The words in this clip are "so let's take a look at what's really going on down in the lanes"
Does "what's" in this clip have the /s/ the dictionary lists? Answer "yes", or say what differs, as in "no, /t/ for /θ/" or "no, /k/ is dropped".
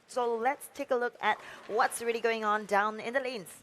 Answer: yes